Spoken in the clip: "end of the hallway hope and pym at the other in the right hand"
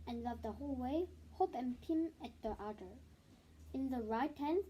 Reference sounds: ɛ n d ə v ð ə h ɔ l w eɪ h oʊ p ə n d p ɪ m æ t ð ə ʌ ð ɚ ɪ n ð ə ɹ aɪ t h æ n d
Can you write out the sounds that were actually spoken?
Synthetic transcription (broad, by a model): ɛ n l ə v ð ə h ɔ l w eɪ h oʊ p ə n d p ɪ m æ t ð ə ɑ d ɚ ɪ n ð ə ɹ aɪ t h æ n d